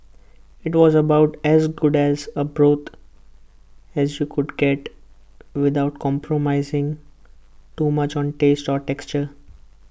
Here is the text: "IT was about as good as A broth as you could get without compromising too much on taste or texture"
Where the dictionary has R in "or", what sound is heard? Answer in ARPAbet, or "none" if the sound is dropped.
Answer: R